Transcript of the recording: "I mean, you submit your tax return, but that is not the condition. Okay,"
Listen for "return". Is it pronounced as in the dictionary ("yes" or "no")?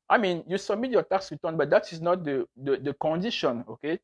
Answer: no